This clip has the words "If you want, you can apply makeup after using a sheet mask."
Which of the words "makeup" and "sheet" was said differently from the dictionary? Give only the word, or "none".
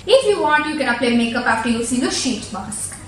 none